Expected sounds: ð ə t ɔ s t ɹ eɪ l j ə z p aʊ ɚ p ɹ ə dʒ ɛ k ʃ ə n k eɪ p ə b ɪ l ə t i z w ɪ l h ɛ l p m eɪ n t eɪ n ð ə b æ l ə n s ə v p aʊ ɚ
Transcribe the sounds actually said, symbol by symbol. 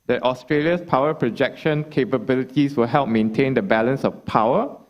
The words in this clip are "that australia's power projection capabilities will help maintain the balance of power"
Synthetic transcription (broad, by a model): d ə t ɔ s t ɹ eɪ l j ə s p aʊ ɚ p ɹ ə dʒ ɛ k ʃ ə n k eɪ p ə b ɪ l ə t i s w ɪ l h ɛ l p m eɪ n t eɪ n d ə b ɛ l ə n s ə f p aʊ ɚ